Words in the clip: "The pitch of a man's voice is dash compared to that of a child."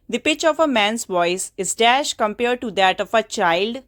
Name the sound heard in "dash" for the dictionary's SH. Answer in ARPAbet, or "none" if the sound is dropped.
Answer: SH